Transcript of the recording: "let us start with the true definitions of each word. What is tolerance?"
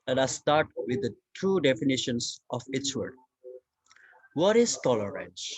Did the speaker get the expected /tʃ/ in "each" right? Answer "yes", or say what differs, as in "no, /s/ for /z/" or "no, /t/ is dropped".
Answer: no, /s/ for /tʃ/